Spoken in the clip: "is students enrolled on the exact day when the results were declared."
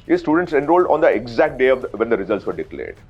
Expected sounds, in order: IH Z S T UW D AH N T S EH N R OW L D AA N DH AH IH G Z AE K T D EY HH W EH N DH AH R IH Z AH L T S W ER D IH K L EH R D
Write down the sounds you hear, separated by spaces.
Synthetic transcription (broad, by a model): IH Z S T UW D AH N T S EH N R OW L D AA N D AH IH G Z AE K T D EY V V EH N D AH R IH Z AH L T S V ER D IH K L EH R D